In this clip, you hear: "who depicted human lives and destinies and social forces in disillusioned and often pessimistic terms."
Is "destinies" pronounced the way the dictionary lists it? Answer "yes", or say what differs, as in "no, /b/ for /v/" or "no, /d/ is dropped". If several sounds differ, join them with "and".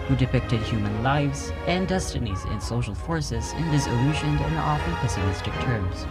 yes